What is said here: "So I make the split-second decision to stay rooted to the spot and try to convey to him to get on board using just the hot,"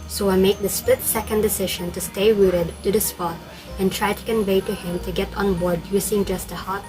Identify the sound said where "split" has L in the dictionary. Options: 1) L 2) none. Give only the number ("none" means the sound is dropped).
2